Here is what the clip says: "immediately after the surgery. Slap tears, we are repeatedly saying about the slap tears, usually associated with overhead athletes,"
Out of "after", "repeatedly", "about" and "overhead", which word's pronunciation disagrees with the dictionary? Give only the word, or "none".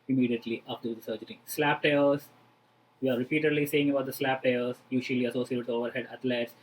after